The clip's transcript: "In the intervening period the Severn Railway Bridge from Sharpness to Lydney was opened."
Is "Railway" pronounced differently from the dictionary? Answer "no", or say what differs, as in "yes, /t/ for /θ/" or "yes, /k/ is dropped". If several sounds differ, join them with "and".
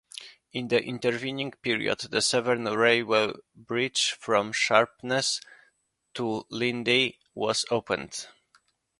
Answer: yes, /l/ is dropped